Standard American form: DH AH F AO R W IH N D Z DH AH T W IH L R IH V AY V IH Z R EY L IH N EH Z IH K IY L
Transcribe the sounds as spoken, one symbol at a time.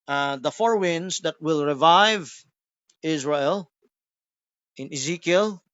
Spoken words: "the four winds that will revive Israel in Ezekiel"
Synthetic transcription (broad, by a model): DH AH F AO R W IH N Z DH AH T W IH L R IH V AY V IH Z R EY L IH N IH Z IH K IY L